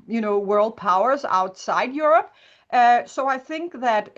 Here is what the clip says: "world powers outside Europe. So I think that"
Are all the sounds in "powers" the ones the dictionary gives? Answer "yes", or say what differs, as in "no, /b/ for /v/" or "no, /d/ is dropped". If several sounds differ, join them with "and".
yes